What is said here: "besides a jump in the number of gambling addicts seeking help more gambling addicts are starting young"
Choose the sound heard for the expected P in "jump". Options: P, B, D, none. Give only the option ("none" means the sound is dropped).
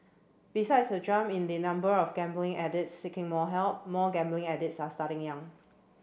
none